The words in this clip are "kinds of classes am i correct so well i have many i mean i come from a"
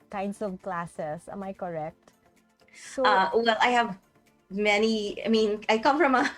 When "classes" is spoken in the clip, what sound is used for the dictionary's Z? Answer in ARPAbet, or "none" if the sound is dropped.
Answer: S